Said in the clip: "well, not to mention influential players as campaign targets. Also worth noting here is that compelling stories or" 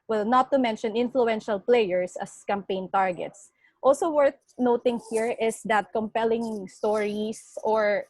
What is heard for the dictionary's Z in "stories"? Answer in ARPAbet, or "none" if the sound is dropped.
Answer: S